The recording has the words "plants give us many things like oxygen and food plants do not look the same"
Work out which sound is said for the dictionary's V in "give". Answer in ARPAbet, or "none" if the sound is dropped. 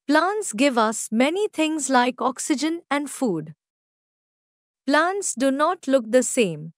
V